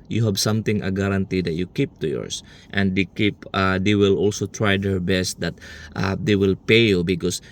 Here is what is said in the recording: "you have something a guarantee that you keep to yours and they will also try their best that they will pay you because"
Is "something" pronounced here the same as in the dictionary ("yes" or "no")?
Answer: no